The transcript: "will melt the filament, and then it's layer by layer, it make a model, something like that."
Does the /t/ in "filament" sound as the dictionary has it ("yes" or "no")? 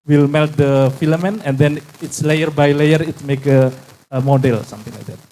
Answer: no